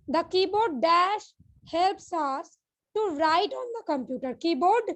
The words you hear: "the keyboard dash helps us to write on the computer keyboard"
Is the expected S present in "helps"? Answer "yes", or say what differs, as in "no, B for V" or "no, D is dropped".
yes